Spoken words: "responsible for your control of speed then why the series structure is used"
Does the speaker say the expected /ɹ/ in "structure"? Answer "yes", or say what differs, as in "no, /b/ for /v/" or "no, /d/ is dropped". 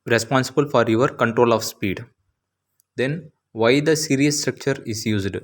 yes